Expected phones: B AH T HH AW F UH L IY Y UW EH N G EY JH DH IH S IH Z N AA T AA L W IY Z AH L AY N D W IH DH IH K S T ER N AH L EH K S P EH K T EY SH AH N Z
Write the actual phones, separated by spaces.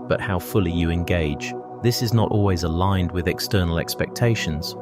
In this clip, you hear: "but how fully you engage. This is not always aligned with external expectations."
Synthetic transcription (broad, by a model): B AH T HH AW F UH L IY Y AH EH N G EY JH DH IH S IH Z N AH T AA L W IY Z AH L AY N D W IH DH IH K S T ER N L EH K S P EH K T EY SH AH N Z